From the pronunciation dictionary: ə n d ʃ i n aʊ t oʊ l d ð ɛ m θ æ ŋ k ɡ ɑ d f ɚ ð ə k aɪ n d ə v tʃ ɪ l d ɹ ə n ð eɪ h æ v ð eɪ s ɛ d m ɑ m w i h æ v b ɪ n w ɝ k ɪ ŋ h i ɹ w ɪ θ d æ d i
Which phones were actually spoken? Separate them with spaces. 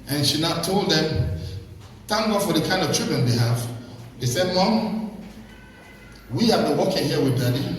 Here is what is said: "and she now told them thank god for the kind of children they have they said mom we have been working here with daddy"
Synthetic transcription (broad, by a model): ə n ʃ i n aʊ t oʊ l d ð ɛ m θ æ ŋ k ɡ ɑ d f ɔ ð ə k aɪ n d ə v tʃ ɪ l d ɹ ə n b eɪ h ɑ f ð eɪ s ɛ d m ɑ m w i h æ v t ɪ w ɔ k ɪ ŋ h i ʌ w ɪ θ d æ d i